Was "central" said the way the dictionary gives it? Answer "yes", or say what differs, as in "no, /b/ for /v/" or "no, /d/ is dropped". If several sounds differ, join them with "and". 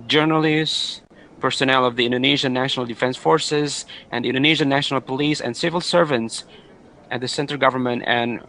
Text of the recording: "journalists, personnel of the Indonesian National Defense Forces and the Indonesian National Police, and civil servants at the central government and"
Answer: no, /ɹ/ is dropped